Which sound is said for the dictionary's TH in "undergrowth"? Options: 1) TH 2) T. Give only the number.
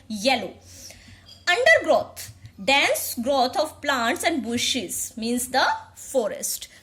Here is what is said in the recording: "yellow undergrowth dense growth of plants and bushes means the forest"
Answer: 2